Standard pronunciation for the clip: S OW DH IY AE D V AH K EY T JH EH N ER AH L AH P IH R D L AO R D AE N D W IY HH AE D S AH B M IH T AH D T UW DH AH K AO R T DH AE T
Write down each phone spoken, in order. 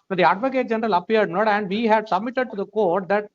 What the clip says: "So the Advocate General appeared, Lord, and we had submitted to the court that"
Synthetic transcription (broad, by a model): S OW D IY AE D V AH K EY T JH EH N ER AH L AH P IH R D N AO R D AE N D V IY HH AE D S AH B M IH T AH D T UW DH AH K AO R T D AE T